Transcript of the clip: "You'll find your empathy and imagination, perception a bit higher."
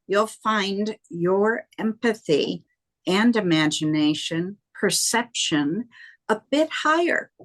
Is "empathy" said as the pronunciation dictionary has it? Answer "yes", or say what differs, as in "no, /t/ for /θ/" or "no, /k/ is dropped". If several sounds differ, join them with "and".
yes